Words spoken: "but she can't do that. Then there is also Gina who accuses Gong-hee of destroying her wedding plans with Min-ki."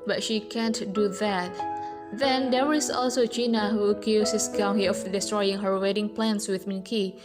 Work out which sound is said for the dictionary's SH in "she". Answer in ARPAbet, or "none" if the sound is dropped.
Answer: SH